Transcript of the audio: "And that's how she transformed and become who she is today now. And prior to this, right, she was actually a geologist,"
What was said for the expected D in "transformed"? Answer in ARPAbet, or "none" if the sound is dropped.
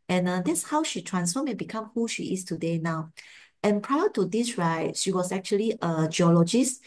none